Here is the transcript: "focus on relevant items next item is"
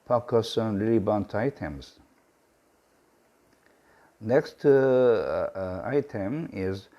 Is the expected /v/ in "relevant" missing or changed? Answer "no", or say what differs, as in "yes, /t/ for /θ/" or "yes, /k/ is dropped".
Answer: yes, /b/ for /v/